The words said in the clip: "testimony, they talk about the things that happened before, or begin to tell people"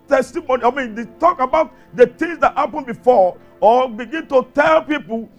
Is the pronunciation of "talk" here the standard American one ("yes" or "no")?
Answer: yes